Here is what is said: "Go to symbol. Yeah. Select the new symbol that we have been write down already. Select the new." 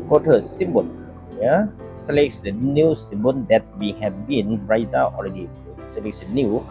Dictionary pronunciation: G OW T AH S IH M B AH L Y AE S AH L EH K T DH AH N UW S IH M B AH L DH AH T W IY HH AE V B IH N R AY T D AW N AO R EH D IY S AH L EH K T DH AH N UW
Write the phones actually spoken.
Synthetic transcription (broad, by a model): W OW T AH S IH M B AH N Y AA S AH L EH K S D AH N UW S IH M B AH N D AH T W IY HH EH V B IH N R AY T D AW AO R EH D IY S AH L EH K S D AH N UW